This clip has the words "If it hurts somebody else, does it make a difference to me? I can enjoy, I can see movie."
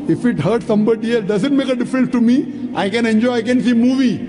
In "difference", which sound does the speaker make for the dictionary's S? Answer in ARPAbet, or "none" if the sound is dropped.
S